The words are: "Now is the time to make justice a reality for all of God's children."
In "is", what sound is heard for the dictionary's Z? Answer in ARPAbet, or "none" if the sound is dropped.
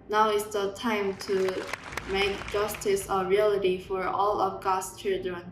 S